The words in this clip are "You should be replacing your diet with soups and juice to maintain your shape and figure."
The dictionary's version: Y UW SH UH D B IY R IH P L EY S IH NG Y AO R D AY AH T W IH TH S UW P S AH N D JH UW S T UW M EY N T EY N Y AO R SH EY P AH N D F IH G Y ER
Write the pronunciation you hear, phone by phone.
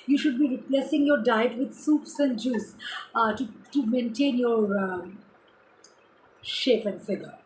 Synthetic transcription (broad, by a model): Y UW SH UH D B IY R IH P L EY S IH NG Y AO R D AY AH T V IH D S UW P S AH N D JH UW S T UW M EY N T EY N Y AO R SH EY P AH N D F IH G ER